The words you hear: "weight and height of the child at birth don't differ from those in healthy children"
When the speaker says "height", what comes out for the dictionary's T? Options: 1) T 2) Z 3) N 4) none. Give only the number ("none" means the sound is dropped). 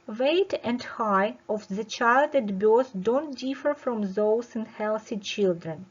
4